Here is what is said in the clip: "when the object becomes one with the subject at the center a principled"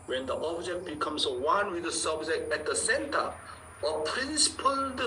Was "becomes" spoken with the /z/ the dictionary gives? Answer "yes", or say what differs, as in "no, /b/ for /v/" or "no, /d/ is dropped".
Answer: no, /s/ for /z/